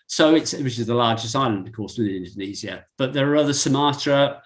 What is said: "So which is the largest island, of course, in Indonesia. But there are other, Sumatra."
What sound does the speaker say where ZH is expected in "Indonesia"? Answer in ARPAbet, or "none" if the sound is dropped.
Z